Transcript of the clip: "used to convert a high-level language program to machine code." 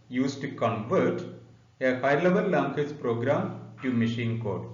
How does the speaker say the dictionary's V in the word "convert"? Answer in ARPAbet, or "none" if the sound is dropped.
V